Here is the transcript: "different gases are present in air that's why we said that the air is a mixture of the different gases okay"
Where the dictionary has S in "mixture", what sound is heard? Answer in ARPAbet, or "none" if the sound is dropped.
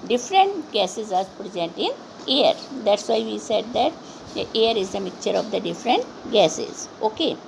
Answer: none